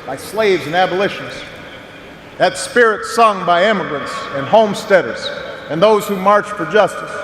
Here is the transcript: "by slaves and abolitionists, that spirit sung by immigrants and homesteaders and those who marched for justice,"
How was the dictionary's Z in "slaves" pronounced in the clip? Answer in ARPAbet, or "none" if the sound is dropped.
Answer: Z